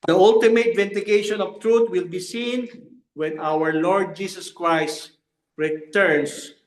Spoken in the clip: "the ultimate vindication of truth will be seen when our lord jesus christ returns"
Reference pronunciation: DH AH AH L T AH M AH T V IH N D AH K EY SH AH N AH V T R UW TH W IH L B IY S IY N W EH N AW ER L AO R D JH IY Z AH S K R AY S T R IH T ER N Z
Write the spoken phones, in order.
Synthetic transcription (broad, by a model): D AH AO L T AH M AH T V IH N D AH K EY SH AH N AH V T R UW T W IH L B IY S IY N W EH N AW ER L AO R D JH IY S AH S K R AY S T R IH T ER N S